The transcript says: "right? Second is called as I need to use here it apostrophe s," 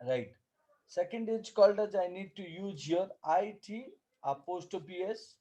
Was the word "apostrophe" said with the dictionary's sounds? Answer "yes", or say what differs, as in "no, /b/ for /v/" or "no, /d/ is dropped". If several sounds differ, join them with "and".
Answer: no, /ɹ/ is dropped and /p/ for /f/